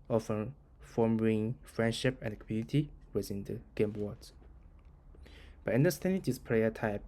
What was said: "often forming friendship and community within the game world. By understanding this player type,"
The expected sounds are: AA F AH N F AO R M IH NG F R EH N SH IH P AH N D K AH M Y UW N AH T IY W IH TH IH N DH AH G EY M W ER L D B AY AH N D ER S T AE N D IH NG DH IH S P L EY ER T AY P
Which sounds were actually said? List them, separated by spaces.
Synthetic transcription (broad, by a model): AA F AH N F AO M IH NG F R EH N SH IH P AH N D K AH M Y UW N AH T IY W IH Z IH N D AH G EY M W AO D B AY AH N D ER S T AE N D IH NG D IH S P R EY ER T AY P